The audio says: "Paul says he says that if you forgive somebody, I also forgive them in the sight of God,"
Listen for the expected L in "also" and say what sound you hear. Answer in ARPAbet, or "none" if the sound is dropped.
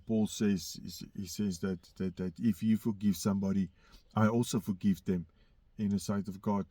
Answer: L